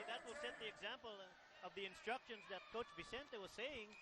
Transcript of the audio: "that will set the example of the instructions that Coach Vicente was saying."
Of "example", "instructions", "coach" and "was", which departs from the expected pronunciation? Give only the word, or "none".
none